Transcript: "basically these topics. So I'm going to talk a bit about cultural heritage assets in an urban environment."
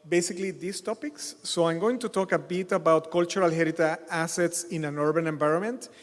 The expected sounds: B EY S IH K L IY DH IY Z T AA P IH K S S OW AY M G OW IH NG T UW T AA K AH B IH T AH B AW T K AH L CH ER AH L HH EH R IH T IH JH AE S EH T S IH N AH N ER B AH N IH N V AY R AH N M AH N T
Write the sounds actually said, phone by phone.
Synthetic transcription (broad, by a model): B EY S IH K L IY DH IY S T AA P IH K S S OW AY M G OW IH NG T UW T AA K AH B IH T AH B AW T K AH L CH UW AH L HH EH R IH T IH AE S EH T S IH N AH N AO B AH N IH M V AY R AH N M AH N T